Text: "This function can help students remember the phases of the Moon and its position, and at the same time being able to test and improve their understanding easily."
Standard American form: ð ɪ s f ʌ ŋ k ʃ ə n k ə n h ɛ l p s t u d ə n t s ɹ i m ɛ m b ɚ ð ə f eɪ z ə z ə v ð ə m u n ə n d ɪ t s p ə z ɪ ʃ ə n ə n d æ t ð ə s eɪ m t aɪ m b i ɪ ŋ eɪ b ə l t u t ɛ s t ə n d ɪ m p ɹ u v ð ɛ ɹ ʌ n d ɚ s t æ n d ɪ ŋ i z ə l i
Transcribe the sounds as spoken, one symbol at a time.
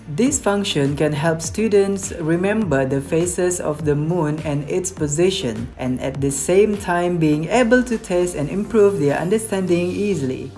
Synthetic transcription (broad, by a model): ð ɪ s f ʌ ŋ k ʃ ə n k ə n h ɛ l p s t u d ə n t s ɹ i m ɛ m b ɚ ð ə f eɪ s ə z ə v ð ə m u n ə n ɪ t s p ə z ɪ ʃ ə n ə n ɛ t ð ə s eɪ m t aɪ m b i ɪ ŋ eɪ b ə l t u t ɛ s t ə n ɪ m p ɹ u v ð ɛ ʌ n d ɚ s t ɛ n d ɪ ŋ i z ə l i